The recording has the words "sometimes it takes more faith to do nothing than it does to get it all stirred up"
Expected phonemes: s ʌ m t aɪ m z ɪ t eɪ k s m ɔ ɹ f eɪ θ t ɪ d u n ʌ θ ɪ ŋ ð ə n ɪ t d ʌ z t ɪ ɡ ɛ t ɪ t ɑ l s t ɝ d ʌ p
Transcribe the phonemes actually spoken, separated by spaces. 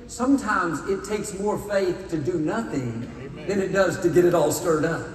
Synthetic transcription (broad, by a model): s ʌ m t aɪ m z ɪ t eɪ k s m ɔ ɹ f eɪ θ t ɪ d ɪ n ʌ θ ɪ ŋ ð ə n ɪ t d ʌ z t ɪ ɡ ɛ t ɪ t ɑ l s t ɝ d ʌ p